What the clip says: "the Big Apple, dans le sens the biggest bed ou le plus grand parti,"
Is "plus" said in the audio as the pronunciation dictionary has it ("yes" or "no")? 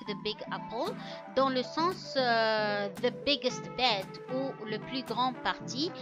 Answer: no